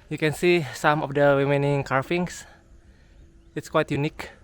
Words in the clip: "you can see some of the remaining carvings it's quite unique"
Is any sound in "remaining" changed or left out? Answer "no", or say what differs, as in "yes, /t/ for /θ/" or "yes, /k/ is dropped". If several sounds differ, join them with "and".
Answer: yes, /w/ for /ɹ/